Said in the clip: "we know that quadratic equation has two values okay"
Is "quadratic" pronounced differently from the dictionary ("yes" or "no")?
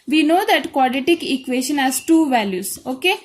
yes